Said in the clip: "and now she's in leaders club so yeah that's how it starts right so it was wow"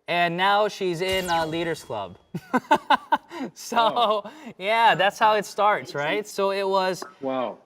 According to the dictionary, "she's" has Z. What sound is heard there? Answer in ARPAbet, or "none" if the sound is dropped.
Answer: Z